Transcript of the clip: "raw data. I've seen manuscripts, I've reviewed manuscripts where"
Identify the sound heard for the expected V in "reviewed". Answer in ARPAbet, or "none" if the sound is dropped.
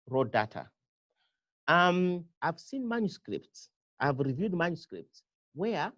V